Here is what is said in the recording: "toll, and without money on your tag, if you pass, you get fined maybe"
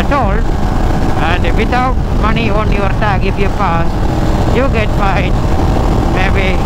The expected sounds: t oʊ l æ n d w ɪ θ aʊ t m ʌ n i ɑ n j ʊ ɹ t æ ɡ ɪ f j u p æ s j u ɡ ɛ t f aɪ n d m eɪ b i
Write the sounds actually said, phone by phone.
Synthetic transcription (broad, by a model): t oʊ l æ n d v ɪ t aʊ t m ʌ n i ɑ n j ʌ ɹ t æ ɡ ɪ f j u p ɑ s j u ɡ ɛ t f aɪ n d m eɪ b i